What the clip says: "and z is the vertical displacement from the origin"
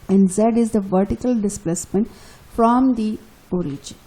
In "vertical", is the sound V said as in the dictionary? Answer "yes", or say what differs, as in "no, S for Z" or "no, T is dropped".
yes